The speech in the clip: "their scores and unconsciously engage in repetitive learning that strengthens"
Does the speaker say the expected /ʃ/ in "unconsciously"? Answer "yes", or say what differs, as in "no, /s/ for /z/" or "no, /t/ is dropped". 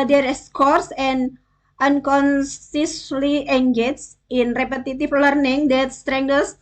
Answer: no, /s/ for /ʃ/